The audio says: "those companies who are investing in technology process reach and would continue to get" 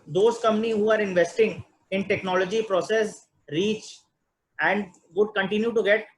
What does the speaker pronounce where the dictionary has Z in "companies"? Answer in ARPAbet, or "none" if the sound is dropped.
none